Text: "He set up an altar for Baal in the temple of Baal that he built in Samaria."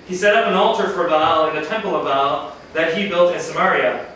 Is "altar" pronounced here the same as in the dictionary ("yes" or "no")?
yes